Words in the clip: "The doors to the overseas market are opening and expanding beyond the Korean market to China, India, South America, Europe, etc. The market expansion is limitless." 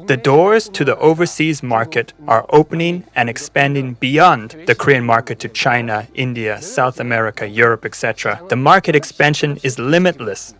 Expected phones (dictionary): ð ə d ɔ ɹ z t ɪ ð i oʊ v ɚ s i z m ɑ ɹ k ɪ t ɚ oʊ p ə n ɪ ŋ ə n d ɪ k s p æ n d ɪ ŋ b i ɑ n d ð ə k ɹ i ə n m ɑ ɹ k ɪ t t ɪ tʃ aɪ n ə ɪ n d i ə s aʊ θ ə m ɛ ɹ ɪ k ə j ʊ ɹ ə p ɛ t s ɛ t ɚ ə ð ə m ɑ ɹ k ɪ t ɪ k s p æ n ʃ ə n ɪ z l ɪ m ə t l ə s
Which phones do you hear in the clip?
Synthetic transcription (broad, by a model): ð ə d ɔ ɹ z t ɪ ð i oʊ v ɚ s i z m ɑ ɹ k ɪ t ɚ oʊ p ə n ɪ ŋ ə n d ɪ k s p æ n d ɪ ŋ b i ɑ n ð ə k ɹ i ə n m ɑ ɹ k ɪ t t ɪ tʃ aɪ n ə ɪ n d i ə s aʊ θ ə m ɛ ɹ ɪ k ə j ʊ ɹ ə p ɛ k s ɛ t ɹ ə ð ə m ɑ ɹ k ɪ t ɪ k s p æ n ʃ ə n ɪ z l ɪ m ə t l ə s